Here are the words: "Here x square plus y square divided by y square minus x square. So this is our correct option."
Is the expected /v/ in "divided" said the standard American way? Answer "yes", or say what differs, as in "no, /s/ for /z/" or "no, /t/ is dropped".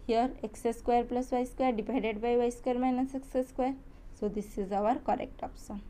no, /p/ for /v/